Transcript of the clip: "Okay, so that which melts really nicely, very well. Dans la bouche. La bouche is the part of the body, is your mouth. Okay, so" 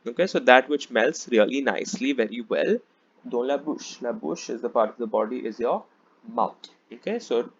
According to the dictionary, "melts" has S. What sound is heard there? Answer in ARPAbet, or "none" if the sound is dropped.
S